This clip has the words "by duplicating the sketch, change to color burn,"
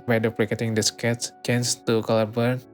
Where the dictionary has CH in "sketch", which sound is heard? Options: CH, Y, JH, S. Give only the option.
S